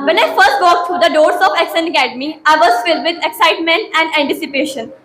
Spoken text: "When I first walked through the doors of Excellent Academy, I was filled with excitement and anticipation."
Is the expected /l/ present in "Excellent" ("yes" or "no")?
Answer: no